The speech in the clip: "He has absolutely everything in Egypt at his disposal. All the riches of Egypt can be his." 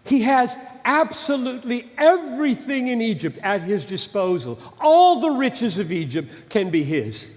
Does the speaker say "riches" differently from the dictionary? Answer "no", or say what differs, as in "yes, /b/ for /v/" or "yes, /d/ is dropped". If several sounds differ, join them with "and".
no